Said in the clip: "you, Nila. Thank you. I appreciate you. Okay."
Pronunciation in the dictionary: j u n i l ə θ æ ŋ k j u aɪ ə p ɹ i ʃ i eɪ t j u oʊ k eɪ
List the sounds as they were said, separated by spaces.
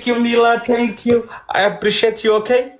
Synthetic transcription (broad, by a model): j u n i l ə t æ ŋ k j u aɪ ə p ɹ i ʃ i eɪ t j u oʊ k eɪ